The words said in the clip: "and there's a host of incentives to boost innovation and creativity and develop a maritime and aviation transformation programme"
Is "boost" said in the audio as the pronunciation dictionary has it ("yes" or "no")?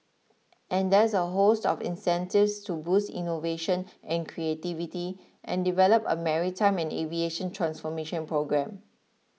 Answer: yes